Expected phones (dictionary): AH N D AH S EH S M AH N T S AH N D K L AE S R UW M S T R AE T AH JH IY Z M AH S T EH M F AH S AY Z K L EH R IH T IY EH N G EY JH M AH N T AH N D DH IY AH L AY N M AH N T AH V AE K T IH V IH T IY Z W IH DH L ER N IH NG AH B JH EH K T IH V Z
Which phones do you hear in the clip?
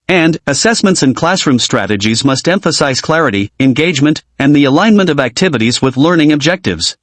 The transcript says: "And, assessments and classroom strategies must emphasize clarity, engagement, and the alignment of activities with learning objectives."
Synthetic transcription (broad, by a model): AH N D AH S EH S M AH N T S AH N K L AE S R UW M S T R AE T AH JH IY Z M AH S T EH M F AH S AY Z K L EH R IH T IY EH N G EY JH M AH N T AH N DH IY AH L AY N M AH N T AH V AE K T IH V IH T IY Z W IH DH L ER N IH NG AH B JH EH K T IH V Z